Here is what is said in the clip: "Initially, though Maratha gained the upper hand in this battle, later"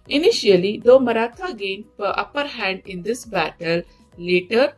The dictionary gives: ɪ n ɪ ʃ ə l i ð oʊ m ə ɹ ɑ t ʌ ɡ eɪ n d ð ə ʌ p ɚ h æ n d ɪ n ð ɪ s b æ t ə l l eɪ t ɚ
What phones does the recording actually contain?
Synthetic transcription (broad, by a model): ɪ n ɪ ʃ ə l i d oʊ m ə ɹ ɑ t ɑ ɡ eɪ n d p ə ʌ p ɚ h æ n d ɪ n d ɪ s b æ t ə l l eɪ t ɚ